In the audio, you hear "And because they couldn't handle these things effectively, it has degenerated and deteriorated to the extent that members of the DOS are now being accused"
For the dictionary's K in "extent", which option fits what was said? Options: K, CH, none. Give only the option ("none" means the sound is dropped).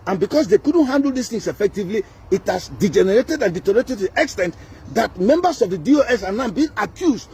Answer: K